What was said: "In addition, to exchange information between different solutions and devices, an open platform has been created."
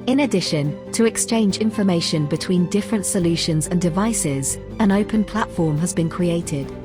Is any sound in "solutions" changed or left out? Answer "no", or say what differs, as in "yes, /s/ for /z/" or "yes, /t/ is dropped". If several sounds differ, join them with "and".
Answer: no